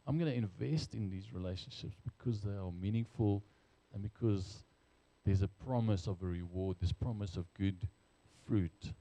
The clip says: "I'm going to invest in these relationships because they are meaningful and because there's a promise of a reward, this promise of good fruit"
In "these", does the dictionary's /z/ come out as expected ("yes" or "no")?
yes